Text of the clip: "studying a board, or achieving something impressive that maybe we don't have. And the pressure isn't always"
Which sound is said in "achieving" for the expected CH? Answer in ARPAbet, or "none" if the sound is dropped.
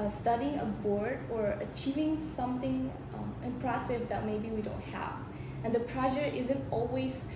CH